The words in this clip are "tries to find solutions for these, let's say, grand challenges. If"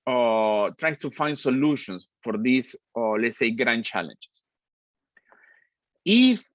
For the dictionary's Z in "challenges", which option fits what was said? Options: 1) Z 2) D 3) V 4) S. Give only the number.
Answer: 4